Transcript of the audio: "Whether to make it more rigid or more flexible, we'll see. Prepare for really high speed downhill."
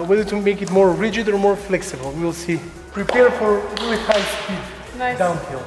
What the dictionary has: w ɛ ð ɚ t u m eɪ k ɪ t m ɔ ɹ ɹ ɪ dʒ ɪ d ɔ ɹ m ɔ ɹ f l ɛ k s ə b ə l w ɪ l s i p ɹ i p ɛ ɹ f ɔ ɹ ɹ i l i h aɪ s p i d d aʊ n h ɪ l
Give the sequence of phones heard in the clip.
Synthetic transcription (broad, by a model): w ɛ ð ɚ t u m eɪ k ɪ t m ɔ ɹ ɹ ɪ dʒ ɪ d ɔ ɹ m ɔ ɹ f l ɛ k s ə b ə l w ɪ l s i p ɹ i p ɛ ɹ f ɔ ɹ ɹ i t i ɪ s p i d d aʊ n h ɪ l